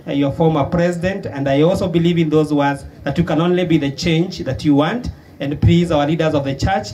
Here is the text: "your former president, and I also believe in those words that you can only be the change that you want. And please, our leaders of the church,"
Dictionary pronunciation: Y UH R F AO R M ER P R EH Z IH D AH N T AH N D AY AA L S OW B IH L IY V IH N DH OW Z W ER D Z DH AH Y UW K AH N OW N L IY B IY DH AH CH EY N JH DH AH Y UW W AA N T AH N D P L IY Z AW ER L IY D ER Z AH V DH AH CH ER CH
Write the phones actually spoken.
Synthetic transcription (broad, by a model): Y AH R F AO R M ER P R EH Z IH D AH N T AH N D AY AA L S OW B IH L IY V IH N DH OW Z W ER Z DH AH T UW K AH N OW N L IY B IY DH AH CH EY N JH DH AH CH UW W AA N T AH N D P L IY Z AW ER L IY D ER Z AH V DH AH CH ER CH